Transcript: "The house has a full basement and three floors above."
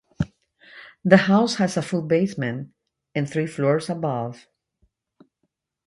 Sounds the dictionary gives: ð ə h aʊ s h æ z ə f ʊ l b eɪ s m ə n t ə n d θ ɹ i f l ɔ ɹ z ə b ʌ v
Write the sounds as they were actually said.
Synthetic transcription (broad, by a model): ð ə h aʊ s h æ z ə f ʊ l b eɪ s m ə n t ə n θ ɹ i f l ɔ ɹ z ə b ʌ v